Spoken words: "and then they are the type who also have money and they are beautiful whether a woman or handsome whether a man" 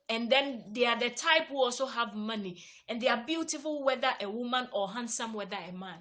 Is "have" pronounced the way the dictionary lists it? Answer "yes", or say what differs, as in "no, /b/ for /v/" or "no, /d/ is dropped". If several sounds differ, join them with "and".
yes